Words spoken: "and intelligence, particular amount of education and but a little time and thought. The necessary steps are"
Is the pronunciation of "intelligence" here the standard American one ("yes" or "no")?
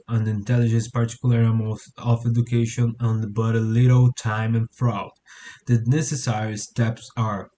yes